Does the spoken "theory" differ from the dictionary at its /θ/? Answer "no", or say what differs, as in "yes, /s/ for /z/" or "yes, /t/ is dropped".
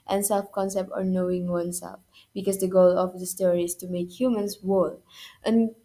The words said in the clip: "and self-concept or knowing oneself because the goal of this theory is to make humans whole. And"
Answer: yes, /t/ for /θ/